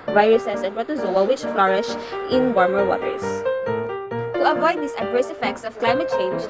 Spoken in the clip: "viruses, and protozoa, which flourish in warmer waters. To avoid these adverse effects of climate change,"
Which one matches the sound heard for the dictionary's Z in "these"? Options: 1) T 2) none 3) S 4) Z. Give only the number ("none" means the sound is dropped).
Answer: 3